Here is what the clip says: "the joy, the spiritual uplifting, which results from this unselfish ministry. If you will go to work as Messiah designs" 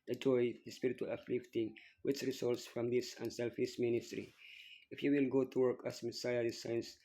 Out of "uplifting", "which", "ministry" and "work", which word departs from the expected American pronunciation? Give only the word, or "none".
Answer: uplifting